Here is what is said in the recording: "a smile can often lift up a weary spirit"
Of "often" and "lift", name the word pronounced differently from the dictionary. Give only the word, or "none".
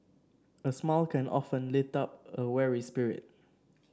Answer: lift